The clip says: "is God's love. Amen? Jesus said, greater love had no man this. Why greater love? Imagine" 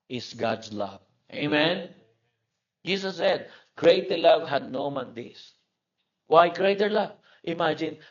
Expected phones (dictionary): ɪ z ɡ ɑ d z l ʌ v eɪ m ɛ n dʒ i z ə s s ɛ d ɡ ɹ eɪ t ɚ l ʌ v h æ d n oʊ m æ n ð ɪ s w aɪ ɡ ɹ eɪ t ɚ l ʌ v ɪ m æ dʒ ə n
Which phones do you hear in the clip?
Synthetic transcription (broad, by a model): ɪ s ɡ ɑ d s l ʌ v eɪ m ɛ n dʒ i s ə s s ɛ d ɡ ɹ eɪ t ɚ l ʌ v h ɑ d n oʊ m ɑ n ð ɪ s w aɪ ɡ ɹ eɪ t ɚ l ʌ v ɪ m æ dʒ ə n